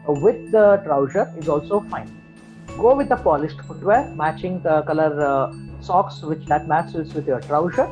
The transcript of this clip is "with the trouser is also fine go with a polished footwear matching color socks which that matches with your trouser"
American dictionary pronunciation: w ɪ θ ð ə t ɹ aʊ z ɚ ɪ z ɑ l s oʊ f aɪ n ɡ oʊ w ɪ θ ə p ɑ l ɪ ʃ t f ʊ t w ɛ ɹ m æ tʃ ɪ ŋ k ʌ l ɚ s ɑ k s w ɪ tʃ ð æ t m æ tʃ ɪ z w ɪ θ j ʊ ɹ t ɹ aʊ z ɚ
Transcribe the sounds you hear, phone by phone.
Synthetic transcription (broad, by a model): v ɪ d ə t ɹ aʊ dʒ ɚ ɪ z ɑ l s oʊ f aɪ n ɡ oʊ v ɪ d ə p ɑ l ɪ s t f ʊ t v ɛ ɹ m æ tʃ ɪ ŋ k ʌ l ɚ s ɑ k s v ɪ tʃ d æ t m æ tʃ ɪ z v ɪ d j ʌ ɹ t ɹ aʊ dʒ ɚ